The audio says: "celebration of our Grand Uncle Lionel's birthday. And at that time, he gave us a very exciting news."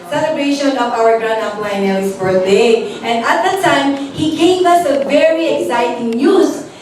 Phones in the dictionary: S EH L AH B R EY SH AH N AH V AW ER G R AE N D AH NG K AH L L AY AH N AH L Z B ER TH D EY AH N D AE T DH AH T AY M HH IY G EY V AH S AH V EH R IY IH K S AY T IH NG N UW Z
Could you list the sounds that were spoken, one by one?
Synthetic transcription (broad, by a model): S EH L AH B R EY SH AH N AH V AW ER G R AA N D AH K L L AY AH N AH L S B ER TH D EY AH N D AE T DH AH T AY M HH IY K EY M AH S AH V EH R IY IH K S AY T IH NG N UW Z